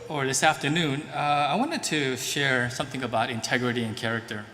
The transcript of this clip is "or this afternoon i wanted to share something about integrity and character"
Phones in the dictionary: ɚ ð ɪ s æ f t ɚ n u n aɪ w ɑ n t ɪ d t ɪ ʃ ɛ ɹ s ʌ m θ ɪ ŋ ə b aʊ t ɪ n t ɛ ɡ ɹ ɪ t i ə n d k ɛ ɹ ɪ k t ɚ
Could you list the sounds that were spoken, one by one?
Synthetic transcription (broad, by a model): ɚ ð ɪ s æ f t ɚ n u n aɪ w ɑ n t ɪ d t ɪ ʃ ɛ ɹ s ʌ m θ ɪ ŋ ə b aʊ t ɪ n t ɛ ɡ ɹ ɪ t i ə n k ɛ ɹ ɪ k t ɚ